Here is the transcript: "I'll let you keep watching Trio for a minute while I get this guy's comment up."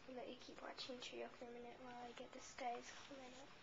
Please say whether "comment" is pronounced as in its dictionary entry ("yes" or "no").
no